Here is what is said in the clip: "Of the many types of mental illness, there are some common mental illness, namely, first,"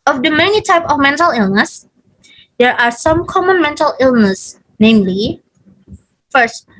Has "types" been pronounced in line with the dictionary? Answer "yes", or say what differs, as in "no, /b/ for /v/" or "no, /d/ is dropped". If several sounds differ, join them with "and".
no, /s/ is dropped